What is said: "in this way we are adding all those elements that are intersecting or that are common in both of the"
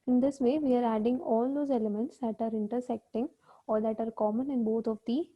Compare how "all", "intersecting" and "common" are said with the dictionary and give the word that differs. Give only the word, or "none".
none